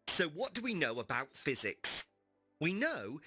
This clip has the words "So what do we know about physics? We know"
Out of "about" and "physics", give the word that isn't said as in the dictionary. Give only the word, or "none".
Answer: none